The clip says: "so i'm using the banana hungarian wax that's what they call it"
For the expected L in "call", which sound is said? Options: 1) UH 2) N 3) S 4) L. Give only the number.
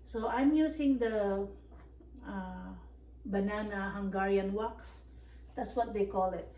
4